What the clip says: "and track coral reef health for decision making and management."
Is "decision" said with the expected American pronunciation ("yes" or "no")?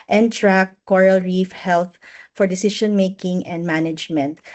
no